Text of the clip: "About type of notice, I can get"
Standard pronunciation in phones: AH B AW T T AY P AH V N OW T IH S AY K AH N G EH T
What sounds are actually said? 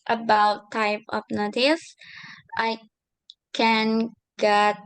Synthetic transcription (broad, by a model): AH B AW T T AY P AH P N OW T IH S AY K AH N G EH T